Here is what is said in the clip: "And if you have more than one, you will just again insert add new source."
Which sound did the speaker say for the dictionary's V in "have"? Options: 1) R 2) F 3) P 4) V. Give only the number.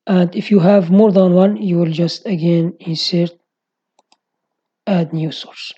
4